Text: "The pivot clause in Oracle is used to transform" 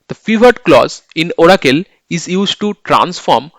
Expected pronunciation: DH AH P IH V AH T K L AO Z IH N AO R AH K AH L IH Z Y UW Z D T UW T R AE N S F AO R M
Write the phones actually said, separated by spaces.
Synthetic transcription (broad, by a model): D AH F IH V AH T K L AO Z IH N AO R AH K AH L IH Z Y UW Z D T UW T R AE N S F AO R M